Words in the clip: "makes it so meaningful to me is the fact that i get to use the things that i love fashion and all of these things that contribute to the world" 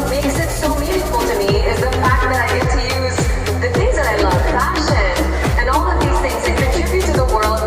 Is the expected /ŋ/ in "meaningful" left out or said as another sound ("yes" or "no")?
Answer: yes